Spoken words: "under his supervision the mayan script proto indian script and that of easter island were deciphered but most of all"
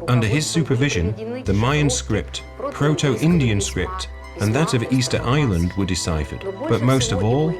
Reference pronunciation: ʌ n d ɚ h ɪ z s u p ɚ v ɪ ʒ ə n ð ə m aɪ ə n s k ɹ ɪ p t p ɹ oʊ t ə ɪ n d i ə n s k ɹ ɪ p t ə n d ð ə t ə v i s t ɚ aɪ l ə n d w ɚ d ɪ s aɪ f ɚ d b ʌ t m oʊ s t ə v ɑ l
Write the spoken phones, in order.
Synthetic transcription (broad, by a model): ʌ n d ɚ ɪ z s u p ɚ v ɪ ʒ ə n ð ə m aɪ ə n s k ɹ ɪ p t p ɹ oʊ t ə ɪ n d i ə n s k ɹ ɪ p t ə n ð ə t ə v i s t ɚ aɪ l ə n d w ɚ d ɪ s aɪ f ɚ d b ʌ t m oʊ s t ə v ɑ l